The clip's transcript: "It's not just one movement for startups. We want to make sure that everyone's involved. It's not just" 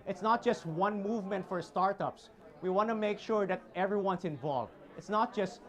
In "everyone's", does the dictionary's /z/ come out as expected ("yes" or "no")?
no